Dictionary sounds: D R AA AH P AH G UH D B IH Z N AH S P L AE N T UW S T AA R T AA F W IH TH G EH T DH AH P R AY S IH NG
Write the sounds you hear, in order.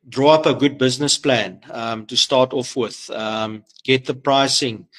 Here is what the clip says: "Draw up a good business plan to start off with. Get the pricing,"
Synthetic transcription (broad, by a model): D R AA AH P AH G UH D B IH Z N AH S P L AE N T UW S T AA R T AA F W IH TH G EH T DH AH P R AY S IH NG